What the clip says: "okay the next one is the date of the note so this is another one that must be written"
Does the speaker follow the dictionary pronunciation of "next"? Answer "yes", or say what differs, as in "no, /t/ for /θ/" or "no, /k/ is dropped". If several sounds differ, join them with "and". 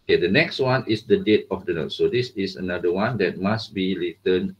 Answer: yes